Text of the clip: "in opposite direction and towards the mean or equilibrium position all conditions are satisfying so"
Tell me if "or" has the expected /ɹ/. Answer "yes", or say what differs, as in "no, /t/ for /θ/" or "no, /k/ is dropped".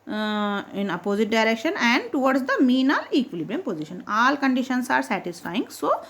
no, /l/ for /ɹ/